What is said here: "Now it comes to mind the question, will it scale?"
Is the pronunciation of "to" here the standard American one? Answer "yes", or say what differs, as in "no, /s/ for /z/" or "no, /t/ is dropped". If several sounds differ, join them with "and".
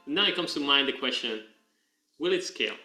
yes